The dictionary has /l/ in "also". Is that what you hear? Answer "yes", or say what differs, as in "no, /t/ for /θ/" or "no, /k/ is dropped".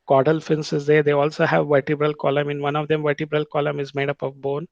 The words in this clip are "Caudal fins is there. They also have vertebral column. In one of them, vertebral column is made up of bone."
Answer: yes